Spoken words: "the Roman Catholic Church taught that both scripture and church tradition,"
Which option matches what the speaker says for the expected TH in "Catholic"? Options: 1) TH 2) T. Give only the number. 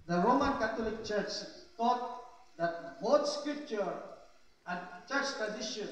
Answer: 2